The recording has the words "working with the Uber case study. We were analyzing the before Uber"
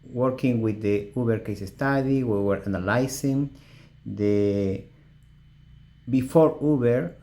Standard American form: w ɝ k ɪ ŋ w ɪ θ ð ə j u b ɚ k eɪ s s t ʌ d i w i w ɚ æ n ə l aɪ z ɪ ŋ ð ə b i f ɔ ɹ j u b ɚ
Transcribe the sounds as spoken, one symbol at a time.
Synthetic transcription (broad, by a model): w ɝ k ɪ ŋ w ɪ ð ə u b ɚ k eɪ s s t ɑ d i w i w ɚ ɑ n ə l aɪ s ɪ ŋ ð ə b i f ɔ ɹ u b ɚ